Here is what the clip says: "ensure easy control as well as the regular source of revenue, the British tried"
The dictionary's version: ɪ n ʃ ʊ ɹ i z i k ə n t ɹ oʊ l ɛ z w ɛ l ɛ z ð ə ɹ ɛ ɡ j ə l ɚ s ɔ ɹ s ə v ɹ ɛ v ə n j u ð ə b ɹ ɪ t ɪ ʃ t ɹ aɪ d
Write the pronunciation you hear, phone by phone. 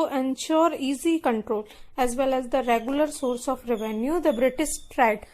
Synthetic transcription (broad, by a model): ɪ n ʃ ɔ ɹ i z i k ə n t ɹ oʊ l ɛ z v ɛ l ɛ z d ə ɹ ɛ ɡ j ə l ɚ s ɔ ɹ s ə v ɹ ɛ v ə n j u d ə b ɹ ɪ t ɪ s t ɹ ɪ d